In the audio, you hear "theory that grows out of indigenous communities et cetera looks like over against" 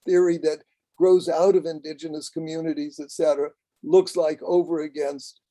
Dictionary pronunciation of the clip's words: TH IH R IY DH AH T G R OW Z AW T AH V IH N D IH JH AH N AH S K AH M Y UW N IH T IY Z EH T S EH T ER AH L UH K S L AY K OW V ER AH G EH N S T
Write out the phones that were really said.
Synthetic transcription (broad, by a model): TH IH R IY DH AH T G R OW Z AW T AH V IH N D IH JH AH N AH S K AH M Y UW N IH T IY Z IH T S EH T ER AH L UH K S L AY K OW V ER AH G EH N S T